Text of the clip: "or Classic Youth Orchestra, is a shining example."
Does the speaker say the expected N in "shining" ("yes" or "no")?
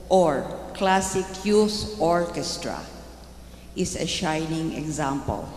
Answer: yes